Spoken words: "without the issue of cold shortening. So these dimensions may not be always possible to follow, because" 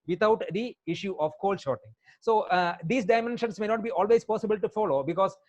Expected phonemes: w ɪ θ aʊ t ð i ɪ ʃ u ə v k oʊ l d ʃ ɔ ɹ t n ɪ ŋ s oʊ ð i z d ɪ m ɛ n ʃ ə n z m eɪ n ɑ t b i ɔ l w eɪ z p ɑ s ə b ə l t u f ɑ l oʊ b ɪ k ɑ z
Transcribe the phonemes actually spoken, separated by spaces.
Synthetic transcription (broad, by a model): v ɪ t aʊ t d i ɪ ʃ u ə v k oʊ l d ʃ ɔ ɹ t ɪ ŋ s oʊ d i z d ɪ m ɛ n ʃ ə n s m eɪ n ɑ t b i ɔ l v eɪ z p ɑ s ə b ə l t u f ɑ l oʊ b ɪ k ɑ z